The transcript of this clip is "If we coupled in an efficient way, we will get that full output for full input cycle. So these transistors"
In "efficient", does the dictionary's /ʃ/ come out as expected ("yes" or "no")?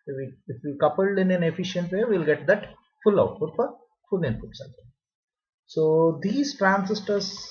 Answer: yes